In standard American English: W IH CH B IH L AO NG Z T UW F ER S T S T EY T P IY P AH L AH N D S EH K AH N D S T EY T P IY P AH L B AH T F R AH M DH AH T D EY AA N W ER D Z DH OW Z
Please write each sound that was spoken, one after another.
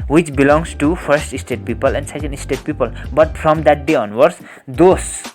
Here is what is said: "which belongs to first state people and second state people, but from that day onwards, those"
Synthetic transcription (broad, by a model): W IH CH B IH L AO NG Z T UW P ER S T S T EY T P IY P AH L AH N D S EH K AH N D S T EY T P IY P AH L B AH T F R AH M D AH T D EY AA N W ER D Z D OW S